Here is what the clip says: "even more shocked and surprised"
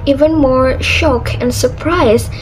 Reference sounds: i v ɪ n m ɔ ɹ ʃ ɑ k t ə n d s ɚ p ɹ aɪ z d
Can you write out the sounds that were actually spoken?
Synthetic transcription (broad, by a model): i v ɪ n m ɔ ɹ ʃ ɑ k ə n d s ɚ p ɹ aɪ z